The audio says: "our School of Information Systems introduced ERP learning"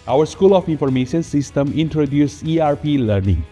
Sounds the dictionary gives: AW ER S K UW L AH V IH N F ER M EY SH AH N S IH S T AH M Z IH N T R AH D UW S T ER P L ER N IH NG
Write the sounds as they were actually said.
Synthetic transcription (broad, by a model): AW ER S K UW L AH F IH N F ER M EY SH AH N S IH S T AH M IH N T R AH D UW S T P L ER N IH NG